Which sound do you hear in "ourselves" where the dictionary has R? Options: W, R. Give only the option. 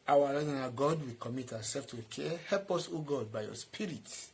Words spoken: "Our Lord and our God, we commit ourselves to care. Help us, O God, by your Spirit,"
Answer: W